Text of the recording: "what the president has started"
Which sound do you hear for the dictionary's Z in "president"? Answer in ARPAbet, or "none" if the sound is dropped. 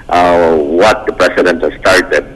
S